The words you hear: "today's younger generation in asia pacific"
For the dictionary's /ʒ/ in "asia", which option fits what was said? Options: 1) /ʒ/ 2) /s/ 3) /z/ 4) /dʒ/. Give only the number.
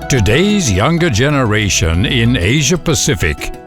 1